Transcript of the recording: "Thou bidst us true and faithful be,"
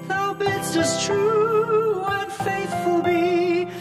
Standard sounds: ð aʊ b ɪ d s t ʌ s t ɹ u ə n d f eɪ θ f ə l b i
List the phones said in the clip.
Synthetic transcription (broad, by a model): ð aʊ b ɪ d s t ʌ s t ɹ u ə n f eɪ θ f ə l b i